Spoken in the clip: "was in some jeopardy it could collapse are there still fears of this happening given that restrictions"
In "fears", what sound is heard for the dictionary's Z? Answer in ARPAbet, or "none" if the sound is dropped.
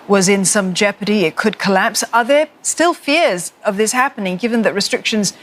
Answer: Z